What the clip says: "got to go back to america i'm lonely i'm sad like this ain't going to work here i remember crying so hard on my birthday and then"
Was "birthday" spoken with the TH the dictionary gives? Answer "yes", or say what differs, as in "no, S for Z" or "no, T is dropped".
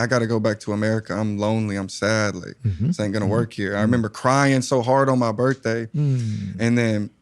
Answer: yes